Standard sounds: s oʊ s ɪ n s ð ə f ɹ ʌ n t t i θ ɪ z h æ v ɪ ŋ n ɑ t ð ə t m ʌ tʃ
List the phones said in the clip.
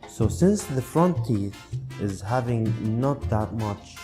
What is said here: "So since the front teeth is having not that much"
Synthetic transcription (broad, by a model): s oʊ s ɪ n s ð ə f ɹ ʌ n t t i θ ɪ z h æ v ɪ ŋ n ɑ t ð ə t m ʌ tʃ